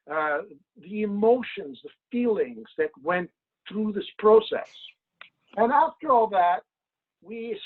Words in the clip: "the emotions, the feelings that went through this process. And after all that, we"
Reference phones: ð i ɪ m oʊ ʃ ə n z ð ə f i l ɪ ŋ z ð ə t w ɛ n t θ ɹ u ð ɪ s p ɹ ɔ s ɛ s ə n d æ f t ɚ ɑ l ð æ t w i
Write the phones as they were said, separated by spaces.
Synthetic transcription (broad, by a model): ð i ɪ m oʊ ʃ ə n z ð ə f i l ɪ ŋ z ð ə t w ɛ n t θ ɹ u ð ɪ s p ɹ ɔ s ɛ s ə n æ f t ɚ ɑ l ð æ t w i